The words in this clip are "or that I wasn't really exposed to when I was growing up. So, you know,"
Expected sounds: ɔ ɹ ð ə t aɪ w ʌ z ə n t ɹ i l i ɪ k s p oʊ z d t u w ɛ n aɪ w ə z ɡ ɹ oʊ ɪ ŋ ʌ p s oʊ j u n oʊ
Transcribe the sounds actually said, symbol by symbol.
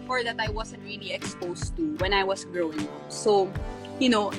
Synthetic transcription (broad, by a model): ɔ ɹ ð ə t aɪ w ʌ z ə n t ɹ i l i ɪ k s p oʊ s t u w ɛ n aɪ w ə s ɡ ɹ oʊ ɪ ŋ ʌ p s oʊ j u n oʊ